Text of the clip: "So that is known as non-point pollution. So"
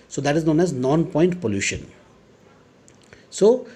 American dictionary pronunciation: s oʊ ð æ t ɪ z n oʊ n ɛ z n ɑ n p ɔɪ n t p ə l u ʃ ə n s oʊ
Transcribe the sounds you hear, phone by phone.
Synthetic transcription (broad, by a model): s oʊ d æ t ɪ z n oʊ n ɛ z n ɑ n p ɔɪ n t p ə l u ʃ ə n s oʊ